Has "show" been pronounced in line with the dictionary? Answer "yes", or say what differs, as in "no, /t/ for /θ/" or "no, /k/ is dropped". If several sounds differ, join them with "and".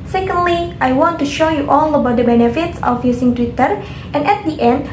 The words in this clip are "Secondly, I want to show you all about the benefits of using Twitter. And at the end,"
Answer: yes